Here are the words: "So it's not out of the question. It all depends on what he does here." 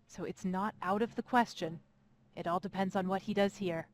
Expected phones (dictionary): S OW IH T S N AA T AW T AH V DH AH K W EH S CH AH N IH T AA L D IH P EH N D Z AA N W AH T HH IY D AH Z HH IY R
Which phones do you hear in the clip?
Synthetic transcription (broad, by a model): S OW IH T S N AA T AW T AH V DH AH K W EH S CH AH N IH T AA L D IH P EH N D Z N W AH T HH IY D AH Z HH IY R